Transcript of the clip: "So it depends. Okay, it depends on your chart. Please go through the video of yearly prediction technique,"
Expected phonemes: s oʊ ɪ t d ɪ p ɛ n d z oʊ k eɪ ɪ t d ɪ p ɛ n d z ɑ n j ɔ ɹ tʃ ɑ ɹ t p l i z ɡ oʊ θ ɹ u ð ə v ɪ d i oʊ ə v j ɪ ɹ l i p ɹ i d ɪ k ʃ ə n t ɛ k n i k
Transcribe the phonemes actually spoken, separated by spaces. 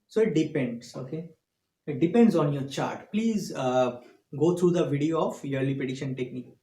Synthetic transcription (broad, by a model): s oʊ ɪ t d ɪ p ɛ n d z oʊ k eɪ ɪ t d ɪ p ɛ n d z ɑ n j ɔ ɹ tʃ ɑ ɹ t p l i z ɡ oʊ t ɹ u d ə v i d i oʊ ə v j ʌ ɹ l i p i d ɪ ʃ ə n t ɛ k n i k